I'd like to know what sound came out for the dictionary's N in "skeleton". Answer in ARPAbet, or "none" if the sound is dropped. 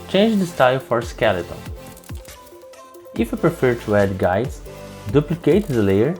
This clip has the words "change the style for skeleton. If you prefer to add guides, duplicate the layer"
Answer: L